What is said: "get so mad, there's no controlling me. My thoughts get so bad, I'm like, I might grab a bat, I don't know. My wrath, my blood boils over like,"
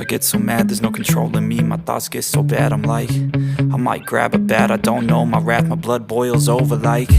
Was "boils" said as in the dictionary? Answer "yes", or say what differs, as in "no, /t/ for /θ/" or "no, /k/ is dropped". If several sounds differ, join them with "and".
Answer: yes